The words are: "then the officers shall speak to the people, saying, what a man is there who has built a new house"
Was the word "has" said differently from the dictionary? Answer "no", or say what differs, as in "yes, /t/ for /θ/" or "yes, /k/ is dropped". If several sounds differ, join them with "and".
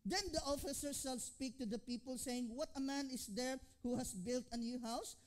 yes, /s/ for /z/